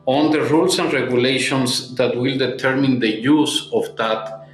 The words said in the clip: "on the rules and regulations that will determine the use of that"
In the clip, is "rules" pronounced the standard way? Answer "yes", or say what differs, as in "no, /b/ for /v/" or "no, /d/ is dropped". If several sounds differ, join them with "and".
no, /s/ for /z/